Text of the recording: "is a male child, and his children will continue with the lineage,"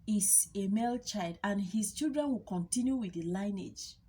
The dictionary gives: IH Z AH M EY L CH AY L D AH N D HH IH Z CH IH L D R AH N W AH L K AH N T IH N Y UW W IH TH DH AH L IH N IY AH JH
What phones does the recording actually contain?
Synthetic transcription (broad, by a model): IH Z AH M EY L CH AY L D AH N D HH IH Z CH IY L D R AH N W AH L K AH N T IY N Y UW W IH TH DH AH L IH N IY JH